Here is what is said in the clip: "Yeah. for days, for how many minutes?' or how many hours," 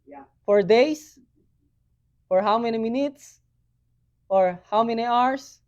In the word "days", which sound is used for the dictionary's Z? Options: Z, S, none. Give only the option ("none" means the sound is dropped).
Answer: S